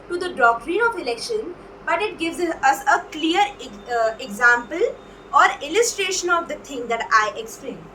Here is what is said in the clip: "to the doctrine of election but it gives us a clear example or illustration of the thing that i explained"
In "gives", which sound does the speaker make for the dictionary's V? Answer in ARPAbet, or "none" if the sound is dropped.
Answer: V